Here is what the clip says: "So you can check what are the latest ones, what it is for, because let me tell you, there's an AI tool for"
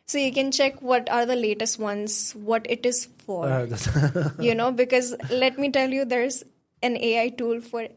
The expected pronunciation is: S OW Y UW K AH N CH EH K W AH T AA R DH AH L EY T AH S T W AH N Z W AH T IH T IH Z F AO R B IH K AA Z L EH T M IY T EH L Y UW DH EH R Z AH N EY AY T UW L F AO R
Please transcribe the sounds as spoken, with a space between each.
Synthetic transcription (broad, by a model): S OW Y UW K AH N CH EH K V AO T AA R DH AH L EY T AH S T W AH N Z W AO T IH T IH Z F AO R B IH K AA Z L EH T M IY T EH L Y UW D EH R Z AH N EY AY T UW L F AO R